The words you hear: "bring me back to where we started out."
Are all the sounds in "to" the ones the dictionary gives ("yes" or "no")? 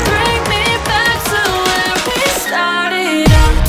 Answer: no